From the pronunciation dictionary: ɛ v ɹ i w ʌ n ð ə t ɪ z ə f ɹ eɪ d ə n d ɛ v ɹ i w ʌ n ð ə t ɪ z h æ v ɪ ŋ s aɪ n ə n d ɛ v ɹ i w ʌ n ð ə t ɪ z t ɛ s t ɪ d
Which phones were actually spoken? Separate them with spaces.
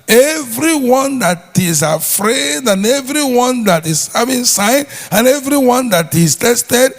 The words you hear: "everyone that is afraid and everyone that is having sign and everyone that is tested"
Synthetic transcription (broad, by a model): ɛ v ɹ i w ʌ n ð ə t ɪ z ə f ɹ eɪ d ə n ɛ v ɹ i w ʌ n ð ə t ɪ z h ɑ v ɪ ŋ s aɪ n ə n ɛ v ɹ i w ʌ n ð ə t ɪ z t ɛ s t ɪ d